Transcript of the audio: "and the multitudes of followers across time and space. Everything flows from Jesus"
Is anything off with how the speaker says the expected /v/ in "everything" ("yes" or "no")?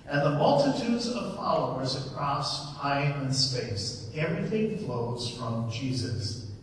no